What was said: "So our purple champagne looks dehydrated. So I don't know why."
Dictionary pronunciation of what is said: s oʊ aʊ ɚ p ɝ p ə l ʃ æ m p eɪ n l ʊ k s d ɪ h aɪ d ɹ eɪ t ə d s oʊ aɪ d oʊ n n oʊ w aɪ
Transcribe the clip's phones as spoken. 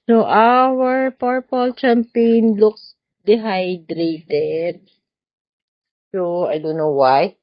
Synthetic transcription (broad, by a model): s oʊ aʊ ɚ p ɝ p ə l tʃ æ m p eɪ n l ʊ k s d ɪ h aɪ d ɹ eɪ t ə d s oʊ aɪ d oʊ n n oʊ w aɪ